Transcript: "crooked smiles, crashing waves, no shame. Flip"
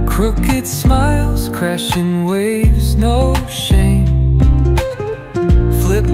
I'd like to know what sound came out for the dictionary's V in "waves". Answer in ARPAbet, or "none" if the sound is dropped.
V